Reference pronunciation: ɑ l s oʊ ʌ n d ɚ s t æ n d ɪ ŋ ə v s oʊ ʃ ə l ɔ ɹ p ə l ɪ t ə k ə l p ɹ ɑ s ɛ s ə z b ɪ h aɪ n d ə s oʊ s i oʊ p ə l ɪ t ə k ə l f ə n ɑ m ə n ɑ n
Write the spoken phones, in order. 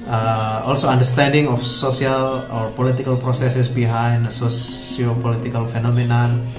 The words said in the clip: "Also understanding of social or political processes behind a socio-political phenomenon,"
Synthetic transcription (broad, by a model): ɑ l s oʊ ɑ n d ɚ s t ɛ n d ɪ ŋ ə f s oʊ s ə l ɔ ɹ p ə l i t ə k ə l p ɹ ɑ s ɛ s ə s b ɪ h aɪ n d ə s oʊ s i oʊ p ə l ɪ t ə k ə l f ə n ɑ m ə n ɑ n